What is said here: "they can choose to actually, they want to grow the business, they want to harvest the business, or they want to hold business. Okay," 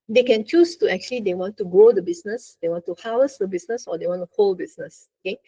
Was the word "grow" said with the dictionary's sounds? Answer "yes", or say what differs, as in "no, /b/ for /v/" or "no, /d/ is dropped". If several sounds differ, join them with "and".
no, /ɹ/ is dropped